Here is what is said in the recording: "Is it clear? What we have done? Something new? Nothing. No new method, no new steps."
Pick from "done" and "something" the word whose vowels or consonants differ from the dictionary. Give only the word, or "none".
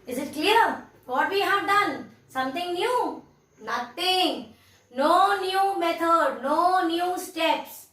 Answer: something